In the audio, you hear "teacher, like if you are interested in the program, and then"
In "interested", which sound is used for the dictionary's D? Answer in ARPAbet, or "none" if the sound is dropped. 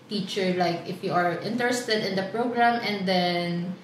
D